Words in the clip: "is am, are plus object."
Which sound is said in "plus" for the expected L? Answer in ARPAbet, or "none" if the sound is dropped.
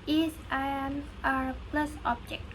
L